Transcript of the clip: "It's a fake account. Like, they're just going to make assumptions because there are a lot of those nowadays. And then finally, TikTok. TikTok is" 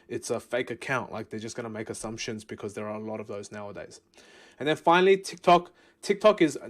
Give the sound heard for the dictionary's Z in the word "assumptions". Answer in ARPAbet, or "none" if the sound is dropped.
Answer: Z